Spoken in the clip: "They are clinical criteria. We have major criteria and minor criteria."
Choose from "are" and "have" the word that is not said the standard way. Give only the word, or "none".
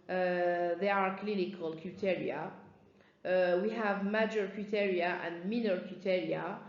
none